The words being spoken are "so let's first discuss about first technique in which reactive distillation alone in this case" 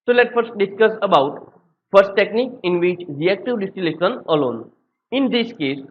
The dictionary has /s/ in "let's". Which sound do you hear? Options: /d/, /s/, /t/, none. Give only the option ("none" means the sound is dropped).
none